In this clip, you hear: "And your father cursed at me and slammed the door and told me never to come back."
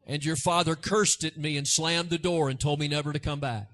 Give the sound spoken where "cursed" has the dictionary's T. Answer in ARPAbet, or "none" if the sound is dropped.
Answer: T